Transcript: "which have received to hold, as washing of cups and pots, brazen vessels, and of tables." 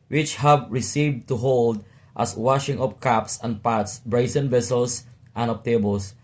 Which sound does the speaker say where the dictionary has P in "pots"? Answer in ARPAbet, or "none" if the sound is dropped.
P